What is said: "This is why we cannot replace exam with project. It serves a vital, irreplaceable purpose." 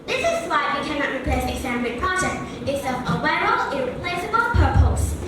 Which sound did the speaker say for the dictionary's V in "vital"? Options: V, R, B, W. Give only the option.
W